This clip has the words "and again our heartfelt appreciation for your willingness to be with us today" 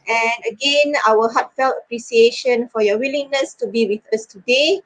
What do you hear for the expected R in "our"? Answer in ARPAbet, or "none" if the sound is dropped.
L